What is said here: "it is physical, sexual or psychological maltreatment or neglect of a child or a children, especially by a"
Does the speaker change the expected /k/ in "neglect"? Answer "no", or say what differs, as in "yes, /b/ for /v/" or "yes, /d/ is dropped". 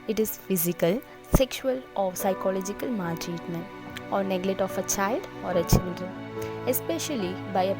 yes, /k/ is dropped